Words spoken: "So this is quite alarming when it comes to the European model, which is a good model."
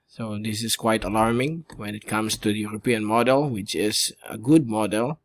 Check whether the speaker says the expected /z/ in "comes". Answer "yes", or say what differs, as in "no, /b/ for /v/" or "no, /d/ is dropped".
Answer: no, /s/ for /z/